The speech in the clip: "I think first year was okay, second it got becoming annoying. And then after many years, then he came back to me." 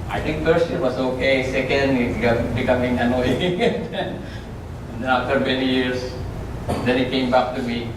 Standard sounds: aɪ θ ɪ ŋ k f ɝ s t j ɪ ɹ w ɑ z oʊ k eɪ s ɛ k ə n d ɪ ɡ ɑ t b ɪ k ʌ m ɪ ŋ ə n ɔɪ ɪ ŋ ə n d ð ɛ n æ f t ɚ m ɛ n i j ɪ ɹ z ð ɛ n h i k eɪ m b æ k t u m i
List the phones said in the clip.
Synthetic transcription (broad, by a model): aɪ t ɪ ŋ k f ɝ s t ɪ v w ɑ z oʊ k eɪ s ɛ k ə n d ɪ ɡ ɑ b ɪ k ʌ m ɪ ŋ ə n ɔɪ ɪ ŋ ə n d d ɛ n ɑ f t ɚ m ɛ n i j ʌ ɹ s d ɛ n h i k eɪ m b æ k t u m i